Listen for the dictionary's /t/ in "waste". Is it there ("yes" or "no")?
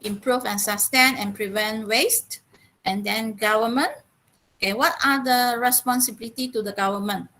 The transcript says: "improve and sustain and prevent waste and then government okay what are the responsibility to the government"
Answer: yes